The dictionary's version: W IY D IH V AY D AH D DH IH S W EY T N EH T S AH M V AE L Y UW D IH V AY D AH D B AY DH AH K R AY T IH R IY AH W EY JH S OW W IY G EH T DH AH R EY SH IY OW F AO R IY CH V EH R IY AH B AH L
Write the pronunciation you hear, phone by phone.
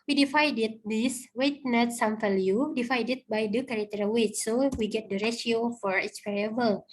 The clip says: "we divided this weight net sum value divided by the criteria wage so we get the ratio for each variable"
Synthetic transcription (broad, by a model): W IY D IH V AY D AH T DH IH S W EY T N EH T S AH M F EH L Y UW D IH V AY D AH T B AY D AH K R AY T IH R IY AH W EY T S OW W IY G EH T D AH R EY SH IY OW F AO R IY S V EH R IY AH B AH L